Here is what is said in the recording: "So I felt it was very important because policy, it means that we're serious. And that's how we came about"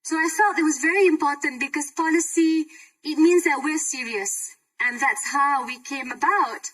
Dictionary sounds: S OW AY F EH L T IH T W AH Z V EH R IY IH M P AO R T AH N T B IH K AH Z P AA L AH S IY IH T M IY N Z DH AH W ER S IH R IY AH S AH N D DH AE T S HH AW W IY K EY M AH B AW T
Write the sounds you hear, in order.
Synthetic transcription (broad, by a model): S OW AY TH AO T IH T W AH Z V EH R IY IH M P AO R T N B IH K AH Z P AA L AH S IY IH T M IY N Z DH AH W ER S IH R IY AH S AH N DH AE T S HH AW W IY K EY M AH B AW T